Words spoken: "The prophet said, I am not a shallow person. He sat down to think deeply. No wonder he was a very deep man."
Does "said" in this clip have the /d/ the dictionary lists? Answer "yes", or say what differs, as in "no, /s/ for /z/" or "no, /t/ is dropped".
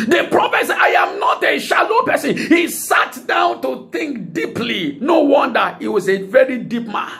no, /d/ is dropped